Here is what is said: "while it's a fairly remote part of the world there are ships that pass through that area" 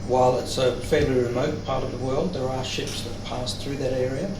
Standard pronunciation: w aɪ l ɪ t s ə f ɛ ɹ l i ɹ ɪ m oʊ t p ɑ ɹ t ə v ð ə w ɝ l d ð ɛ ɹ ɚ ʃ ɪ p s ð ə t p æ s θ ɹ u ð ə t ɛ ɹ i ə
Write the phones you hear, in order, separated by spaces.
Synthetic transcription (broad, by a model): w aɪ l ɪ t s ə f ɛ ɹ l i ɹ ɪ m oʊ t p ɑ ɹ t ə v ð ə w ɝ l d ð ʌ ɹ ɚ ʃ ɪ p s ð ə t p æ s θ ɹ u ð ə t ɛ ɹ i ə